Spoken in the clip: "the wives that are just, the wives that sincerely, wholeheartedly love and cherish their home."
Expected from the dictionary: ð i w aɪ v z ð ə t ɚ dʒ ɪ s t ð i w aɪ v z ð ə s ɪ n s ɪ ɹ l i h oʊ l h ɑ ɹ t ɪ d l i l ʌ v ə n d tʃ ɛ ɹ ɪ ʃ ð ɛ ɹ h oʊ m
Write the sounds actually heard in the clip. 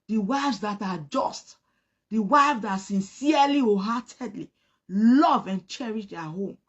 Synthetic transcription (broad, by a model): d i w aɪ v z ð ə t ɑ dʒ ɪ s t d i w aɪ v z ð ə s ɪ n s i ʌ l i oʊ h ɑ t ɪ d l i l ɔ v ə n tʃ ɛ ɹ ɪ ʃ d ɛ h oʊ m